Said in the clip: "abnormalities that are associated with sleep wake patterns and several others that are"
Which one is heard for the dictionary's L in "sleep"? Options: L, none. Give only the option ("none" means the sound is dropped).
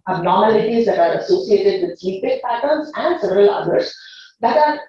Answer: none